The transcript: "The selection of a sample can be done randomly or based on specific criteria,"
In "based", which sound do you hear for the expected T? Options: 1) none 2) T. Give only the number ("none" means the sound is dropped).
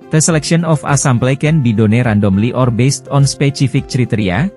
2